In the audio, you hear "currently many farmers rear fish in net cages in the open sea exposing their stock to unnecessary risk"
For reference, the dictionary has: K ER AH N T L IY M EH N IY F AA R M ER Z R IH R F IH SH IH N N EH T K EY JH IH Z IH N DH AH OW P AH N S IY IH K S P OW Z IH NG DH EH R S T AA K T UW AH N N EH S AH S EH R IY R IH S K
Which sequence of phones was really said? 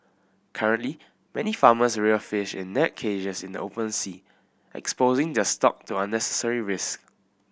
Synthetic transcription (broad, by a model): K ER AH N T L IY M EH N IY F AA M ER S R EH F IH SH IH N N EH T K EY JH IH S IH N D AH OW P AH N S IY IH K S P OW Z IH NG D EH S T AA K T UW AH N N EH S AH S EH R IY R IH S K